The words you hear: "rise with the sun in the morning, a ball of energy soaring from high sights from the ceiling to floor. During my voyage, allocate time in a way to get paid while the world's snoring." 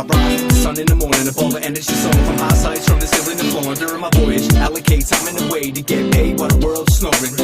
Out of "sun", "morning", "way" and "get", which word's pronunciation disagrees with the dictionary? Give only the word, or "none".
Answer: sun